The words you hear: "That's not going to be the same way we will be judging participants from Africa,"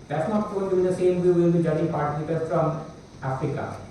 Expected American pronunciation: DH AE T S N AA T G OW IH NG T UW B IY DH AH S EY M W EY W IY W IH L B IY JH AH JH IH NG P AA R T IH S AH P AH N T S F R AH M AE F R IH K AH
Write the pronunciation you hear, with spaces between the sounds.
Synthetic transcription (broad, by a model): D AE T S N AA T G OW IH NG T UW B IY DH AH S EY M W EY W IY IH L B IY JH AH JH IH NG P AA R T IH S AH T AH T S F R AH M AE F R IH K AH